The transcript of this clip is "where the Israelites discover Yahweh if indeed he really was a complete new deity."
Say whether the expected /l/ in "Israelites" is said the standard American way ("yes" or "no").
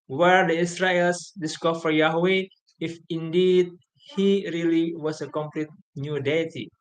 no